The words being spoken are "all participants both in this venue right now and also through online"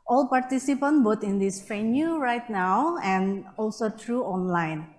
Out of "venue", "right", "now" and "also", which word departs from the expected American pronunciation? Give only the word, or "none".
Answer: venue